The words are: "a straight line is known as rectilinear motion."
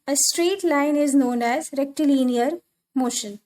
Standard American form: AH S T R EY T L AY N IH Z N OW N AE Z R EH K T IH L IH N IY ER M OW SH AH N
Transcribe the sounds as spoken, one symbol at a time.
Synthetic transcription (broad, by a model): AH S T R EY T L AY N IH Z N OW N AE Z R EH K T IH L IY N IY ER M OW SH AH N